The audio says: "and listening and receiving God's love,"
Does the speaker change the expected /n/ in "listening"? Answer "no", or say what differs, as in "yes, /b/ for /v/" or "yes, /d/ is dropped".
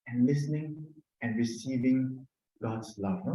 no